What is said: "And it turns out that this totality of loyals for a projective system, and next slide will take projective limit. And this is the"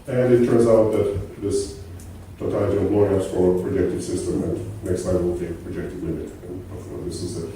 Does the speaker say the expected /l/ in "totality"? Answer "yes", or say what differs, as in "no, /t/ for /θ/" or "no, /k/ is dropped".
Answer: no, /l/ is dropped